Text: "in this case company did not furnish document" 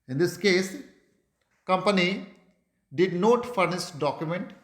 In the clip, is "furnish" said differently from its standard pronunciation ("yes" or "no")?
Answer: yes